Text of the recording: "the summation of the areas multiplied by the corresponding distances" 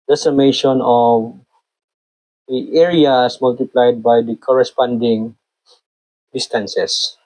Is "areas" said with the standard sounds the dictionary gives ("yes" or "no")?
no